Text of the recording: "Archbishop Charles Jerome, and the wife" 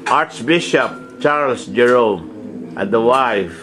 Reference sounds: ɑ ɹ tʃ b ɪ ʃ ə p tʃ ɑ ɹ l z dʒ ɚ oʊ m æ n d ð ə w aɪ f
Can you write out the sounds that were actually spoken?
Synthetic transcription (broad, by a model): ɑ ɹ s b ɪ ʃ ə p tʃ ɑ ɹ l s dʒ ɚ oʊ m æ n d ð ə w aɪ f